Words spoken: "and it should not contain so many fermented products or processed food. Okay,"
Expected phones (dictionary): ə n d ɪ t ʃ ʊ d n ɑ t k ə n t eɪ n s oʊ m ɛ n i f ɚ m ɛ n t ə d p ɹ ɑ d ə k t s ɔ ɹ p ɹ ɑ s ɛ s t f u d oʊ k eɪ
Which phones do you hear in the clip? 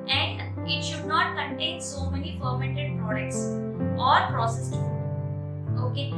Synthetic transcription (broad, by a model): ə n d ɪ t ʃ ʊ d n ɑ t k ə n t eɪ n s oʊ m ɛ n i f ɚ m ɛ n t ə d p ɹ ɑ d ə k t s ɔ ɹ p ɹ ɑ s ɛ s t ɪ oʊ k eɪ